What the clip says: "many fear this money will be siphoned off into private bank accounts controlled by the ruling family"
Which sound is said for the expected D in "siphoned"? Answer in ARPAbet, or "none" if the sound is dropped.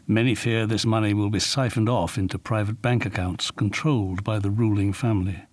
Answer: D